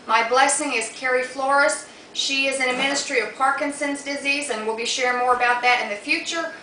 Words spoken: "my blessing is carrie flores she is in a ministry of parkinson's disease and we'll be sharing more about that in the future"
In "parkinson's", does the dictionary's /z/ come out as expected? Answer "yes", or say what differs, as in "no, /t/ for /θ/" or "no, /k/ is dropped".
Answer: yes